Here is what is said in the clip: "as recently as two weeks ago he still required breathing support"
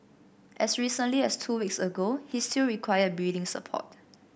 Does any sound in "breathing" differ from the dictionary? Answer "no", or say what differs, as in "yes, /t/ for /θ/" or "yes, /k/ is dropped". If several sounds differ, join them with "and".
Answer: yes, /ɹ/ is dropped